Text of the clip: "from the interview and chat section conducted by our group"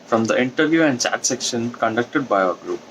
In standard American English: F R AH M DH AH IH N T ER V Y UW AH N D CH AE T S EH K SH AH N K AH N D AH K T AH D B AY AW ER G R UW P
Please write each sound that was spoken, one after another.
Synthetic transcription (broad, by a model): F R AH M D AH IH N T ER V Y UW AH N D CH AE T S EH K SH AH N K AH N D AH K T AH D B AY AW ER G R UW P